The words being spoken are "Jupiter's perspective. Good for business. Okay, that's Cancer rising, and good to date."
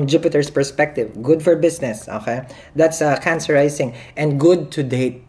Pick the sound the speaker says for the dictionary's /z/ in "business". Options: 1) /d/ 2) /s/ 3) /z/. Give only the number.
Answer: 2